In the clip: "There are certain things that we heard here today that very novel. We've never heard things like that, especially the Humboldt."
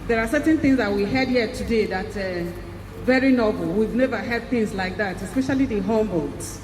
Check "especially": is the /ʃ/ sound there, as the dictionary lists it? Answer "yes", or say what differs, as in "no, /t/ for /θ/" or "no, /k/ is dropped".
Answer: yes